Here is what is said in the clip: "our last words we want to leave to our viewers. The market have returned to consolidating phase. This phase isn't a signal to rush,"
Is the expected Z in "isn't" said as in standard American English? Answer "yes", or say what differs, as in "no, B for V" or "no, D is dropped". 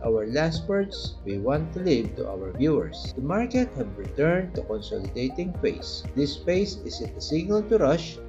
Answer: no, S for Z